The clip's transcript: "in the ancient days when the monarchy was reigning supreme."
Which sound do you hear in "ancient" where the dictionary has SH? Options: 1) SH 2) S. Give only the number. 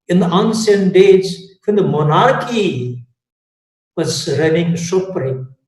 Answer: 2